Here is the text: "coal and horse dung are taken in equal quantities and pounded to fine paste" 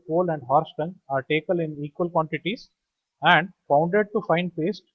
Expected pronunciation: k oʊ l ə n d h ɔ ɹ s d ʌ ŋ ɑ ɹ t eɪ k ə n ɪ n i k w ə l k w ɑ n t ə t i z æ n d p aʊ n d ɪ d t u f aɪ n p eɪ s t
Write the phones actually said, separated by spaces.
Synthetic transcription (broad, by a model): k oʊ l ə n d h ɔ ɹ s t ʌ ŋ ɑ ɹ t eɪ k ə l ɪ n i k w ə l k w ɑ n t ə t i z æ n d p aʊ n d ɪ d t u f aɪ n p eɪ s t